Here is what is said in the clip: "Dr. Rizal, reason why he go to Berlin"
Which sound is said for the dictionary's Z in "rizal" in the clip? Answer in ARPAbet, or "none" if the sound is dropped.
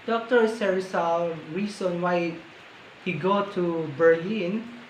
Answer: S